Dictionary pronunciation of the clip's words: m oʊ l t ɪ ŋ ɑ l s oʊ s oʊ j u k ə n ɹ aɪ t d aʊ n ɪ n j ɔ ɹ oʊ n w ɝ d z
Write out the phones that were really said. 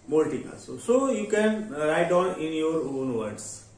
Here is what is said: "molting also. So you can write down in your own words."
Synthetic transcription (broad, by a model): m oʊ l t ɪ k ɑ s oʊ s oʊ j u k ə n ɹ aɪ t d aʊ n ɪ n j ɔ ɹ oʊ n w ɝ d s